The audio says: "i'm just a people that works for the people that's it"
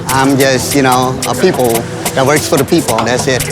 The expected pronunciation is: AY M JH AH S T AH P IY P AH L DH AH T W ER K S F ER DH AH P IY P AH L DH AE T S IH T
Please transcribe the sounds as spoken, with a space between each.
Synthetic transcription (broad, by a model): AY M JH AH S T AH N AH P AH L DH AH T W ER K S F ER DH AH P IY P L DH AE T S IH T